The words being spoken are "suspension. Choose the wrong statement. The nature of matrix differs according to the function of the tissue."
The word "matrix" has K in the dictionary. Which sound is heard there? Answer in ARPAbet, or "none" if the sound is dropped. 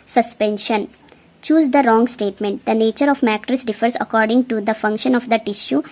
none